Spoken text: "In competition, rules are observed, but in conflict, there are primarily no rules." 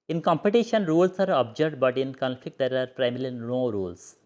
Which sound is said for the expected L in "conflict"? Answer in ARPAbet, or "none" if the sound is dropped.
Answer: L